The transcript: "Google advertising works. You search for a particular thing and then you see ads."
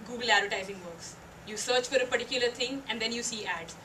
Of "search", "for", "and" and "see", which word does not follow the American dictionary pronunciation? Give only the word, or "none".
none